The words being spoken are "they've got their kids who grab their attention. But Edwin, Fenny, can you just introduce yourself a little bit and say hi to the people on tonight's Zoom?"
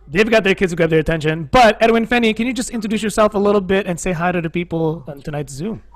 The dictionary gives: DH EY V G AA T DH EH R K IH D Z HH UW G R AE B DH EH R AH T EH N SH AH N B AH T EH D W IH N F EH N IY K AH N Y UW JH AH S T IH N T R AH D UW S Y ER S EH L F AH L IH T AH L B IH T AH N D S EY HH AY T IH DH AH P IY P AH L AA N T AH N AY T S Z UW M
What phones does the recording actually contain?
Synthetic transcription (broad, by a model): DH EY V G AA T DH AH R K IH D Z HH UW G AE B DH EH R AH T EH N SH AH N B AH T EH D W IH N F EH N IY K AH N Y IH JH AH S T IH N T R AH D UW S Y ER S EH L F AH L IH T L B IH T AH N S EY HH AY T IH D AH P IY P L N T AH N AY T S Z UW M